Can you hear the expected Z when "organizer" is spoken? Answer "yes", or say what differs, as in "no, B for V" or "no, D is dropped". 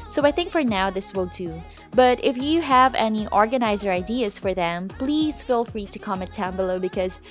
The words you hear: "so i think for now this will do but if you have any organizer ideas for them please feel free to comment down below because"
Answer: yes